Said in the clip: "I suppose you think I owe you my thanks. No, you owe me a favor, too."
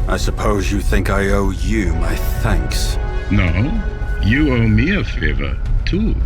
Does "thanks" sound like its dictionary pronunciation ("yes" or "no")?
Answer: yes